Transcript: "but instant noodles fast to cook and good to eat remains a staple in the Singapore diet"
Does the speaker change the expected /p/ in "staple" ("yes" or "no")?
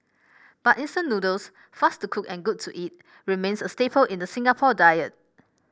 no